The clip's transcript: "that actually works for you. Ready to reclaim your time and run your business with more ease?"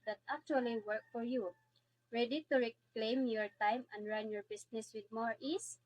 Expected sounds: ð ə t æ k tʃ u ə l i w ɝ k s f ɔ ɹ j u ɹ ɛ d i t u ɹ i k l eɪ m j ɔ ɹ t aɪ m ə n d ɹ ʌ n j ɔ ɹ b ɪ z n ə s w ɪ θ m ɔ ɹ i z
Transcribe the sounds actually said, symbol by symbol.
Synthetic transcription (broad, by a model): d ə t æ k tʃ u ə l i w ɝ k f ɔ ɹ j u ɹ ɛ d i t u ɹ i k l eɪ m j ɔ ɹ t aɪ m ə n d ɹ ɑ n j ɔ ɹ b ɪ s n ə s w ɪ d m ɔ ɹ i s